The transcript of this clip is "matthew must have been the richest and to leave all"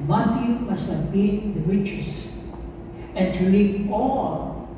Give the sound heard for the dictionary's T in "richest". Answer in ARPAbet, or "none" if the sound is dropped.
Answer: none